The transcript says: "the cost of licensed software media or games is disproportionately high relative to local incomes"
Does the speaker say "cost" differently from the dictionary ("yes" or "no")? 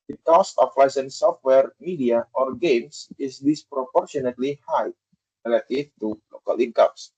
yes